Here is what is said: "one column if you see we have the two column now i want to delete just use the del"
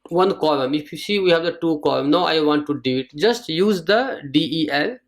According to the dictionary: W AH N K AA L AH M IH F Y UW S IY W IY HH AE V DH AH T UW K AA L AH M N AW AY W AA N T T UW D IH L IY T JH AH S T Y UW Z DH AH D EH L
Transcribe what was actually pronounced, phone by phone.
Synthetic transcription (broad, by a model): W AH N K AA L AH M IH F Y UW S IY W IY HH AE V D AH T UW K AA L AH M N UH AY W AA N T T UW D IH IY T JH AH S T Y UW Z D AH D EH L